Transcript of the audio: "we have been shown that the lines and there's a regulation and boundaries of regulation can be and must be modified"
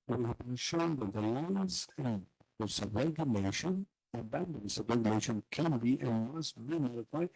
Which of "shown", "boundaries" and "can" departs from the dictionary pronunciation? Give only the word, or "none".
boundaries